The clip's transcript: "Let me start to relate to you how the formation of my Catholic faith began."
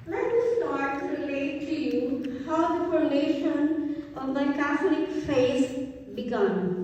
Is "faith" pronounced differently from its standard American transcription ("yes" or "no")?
yes